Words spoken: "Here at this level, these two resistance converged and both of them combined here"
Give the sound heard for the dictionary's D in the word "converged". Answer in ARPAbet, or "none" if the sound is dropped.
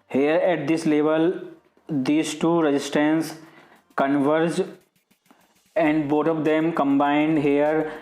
none